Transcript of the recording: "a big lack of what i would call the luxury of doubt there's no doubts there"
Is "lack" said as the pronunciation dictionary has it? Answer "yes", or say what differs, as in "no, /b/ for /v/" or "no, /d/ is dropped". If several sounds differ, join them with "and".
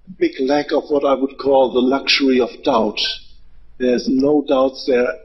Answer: yes